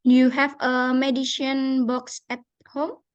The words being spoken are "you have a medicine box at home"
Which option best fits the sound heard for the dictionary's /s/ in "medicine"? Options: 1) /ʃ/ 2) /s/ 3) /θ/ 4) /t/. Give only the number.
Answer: 1